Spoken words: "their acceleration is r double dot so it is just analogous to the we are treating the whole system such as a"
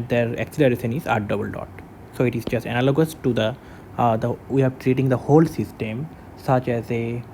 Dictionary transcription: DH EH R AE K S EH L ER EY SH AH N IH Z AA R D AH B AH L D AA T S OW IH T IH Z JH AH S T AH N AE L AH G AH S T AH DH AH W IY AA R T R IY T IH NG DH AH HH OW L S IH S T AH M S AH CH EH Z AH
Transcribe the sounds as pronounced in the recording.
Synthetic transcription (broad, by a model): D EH R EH K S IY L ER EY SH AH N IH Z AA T D AH B AH L D AA T S OW IH T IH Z JH AH S T AH N AE L AH G AH S T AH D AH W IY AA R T R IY T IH NG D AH HH OW L S IH S T AH M S AH CH EH Z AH